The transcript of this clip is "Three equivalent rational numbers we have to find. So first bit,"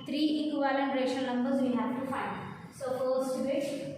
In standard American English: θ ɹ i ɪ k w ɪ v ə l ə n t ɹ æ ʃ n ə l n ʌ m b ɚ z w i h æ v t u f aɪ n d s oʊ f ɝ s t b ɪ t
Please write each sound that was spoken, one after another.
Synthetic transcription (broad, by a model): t ɹ i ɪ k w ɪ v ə l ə n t ɹ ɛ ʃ ə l n ʌ m b ɚ z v i h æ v t u f aɪ n d s oʊ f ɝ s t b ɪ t